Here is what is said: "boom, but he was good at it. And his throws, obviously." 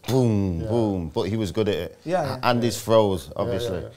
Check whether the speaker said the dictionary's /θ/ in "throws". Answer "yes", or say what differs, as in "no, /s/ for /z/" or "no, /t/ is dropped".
no, /f/ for /θ/